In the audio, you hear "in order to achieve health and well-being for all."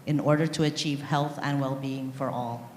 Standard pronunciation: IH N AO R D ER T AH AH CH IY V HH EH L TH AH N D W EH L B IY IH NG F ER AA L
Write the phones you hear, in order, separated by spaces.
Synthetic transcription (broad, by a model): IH N AO R D ER T AH AH CH IY V HH EH L TH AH N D W EH L B IY IH NG F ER AA L